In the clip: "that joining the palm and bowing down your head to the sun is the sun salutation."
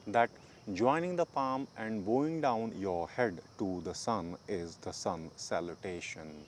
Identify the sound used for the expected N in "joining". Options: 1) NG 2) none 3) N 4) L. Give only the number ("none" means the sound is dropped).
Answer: 3